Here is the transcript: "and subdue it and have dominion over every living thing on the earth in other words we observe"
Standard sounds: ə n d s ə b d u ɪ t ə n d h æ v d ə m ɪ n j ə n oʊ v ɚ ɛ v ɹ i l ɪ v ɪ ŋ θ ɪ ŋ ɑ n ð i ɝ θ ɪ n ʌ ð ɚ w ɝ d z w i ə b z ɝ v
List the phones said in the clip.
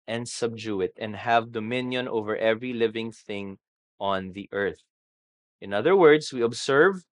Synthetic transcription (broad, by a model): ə n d s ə b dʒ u ɪ t ə n d h æ v d ə m ɪ n j ə n oʊ v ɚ ɛ v ɹ i l ɪ v ɪ ŋ θ ɪ ŋ ɑ n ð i ɝ θ ɪ n ʌ ð ɚ w ɝ d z w i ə b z ɝ v